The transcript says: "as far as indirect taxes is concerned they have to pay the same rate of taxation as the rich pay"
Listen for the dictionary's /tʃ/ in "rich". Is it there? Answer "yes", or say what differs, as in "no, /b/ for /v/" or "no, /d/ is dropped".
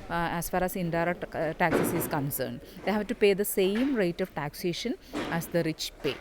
yes